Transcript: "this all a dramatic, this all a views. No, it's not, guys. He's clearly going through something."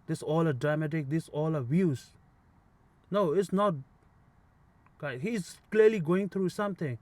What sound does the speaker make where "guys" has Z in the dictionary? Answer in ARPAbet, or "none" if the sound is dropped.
none